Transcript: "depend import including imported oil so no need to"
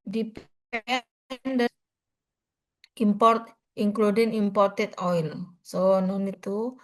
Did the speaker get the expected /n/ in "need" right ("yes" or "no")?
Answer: yes